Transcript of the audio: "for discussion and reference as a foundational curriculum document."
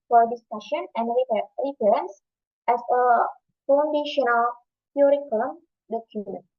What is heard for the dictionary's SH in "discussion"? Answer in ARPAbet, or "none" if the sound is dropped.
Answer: SH